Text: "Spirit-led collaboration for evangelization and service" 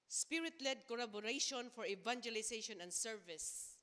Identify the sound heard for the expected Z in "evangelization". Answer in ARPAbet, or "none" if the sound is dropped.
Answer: S